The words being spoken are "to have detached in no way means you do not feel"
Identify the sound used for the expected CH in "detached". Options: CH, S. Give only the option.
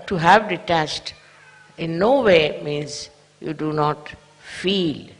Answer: S